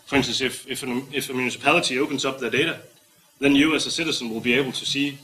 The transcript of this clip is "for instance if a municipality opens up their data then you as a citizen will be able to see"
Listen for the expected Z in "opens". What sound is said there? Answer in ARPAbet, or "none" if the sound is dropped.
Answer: S